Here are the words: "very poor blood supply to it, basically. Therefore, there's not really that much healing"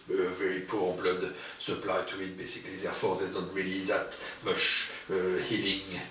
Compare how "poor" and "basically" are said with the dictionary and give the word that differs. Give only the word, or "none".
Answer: none